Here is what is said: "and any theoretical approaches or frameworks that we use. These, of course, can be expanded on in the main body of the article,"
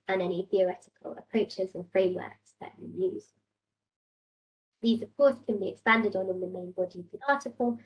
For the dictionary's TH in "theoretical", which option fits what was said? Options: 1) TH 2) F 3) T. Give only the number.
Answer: 1